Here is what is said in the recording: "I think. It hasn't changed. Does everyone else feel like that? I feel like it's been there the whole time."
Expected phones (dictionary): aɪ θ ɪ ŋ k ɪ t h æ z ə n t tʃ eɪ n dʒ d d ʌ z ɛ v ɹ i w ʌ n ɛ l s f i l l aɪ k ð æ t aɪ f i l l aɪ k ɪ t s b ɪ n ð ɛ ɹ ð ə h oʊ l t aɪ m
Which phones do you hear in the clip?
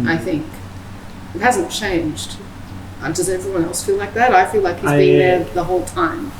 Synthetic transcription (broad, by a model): aɪ θ ɪ ŋ k ɪ t h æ z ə n tʃ eɪ n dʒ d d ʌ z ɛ v ɹ i w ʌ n ɛ l s f i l l aɪ k ð æ t aɪ f i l l aɪ k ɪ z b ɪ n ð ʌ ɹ ð ə h oʊ l t aɪ m